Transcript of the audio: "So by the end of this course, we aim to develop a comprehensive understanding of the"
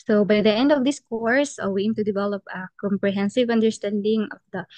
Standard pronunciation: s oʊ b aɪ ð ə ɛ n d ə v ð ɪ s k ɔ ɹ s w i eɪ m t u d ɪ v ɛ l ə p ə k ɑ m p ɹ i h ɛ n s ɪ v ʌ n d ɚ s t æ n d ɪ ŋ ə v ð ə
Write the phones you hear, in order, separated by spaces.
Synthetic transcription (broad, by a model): s oʊ b aɪ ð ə ɛ n d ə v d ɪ s k ɔ ɹ s w i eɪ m t u d ɪ v ɛ l ə p ə k ɑ m p ɹ i h ɛ n s ɪ v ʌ n d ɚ s t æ n d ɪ ŋ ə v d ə